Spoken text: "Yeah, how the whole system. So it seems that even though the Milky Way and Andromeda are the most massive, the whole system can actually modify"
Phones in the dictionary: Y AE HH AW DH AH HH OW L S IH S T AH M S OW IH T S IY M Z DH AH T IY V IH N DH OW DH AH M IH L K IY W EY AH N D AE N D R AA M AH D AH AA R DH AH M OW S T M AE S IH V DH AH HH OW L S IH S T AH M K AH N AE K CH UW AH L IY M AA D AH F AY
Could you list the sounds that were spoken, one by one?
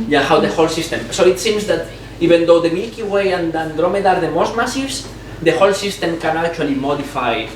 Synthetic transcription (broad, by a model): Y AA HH AW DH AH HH OW L S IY S T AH M S OW IH T S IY M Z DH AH T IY B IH N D OW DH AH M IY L K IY W EY AH N D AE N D R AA M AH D AA R DH AH M OW S T M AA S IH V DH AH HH OW L S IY S T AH M K AH N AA K CH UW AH L IY M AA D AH F AY